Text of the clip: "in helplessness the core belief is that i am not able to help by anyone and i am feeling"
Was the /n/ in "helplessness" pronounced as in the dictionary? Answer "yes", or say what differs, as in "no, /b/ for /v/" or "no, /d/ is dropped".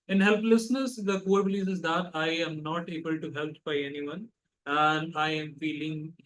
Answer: yes